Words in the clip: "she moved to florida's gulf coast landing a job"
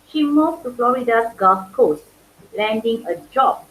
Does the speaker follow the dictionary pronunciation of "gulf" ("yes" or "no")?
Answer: no